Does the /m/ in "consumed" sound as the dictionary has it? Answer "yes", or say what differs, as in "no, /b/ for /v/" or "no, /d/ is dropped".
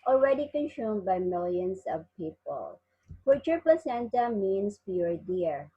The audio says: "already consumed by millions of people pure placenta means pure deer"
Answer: yes